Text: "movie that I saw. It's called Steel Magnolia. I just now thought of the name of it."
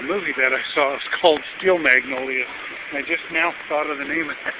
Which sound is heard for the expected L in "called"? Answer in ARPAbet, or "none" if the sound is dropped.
L